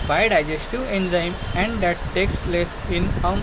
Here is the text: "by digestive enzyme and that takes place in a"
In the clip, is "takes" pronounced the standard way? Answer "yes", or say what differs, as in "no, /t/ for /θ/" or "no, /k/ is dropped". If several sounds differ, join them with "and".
yes